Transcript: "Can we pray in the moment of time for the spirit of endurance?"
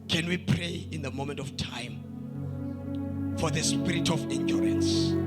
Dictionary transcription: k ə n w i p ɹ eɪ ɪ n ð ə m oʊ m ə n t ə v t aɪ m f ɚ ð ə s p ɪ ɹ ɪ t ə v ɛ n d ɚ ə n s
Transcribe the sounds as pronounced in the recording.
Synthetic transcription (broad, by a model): k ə n w i p ɹ eɪ ɪ n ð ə m oʊ m ə n t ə f t aɪ m f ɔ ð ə s p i ɹ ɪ t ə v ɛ n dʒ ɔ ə n s